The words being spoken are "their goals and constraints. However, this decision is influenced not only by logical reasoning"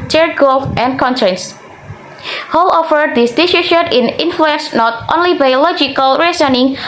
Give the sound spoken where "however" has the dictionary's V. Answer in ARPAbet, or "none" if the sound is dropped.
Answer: F